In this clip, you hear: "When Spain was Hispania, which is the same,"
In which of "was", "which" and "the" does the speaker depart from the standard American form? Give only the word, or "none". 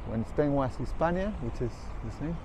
was